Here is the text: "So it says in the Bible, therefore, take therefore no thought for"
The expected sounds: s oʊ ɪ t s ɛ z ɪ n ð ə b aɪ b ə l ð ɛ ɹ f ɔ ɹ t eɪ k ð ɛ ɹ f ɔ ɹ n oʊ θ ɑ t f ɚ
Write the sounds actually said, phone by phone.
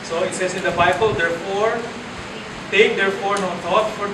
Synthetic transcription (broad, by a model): s oʊ ɪ t s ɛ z ɪ n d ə b aɪ b ə l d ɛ ɹ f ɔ ɹ t eɪ k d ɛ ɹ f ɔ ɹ n oʊ t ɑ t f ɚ